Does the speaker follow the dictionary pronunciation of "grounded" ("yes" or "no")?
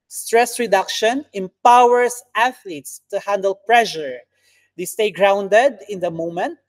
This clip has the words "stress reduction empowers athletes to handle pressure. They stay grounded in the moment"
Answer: yes